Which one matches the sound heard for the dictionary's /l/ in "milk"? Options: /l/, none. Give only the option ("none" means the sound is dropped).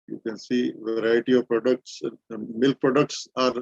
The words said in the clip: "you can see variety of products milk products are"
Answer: /l/